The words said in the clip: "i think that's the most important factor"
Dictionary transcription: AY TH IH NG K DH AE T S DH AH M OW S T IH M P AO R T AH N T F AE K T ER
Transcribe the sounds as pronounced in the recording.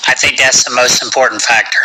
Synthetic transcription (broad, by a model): AY TH IH NG K DH AE T S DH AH M OW S T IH M P AO R T N T F AE K T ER